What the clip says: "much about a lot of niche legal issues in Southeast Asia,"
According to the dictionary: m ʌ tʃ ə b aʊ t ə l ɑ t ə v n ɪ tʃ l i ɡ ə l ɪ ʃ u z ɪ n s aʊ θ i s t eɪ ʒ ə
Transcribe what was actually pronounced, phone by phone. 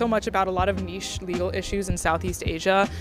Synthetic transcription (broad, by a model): m ʌ tʃ ə b aʊ t ə l ɑ t ə v n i ʃ l i ɡ l ɪ ʃ u z ɪ n s aʊ θ i s t eɪ ʒ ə